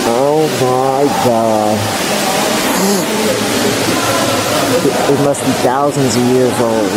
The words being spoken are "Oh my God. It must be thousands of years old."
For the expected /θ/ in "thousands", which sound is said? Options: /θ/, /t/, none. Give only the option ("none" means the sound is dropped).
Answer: /θ/